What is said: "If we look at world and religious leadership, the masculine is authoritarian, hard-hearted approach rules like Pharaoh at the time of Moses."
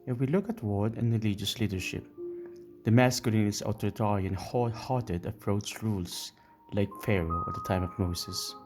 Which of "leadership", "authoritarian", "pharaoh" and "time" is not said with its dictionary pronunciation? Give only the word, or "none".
authoritarian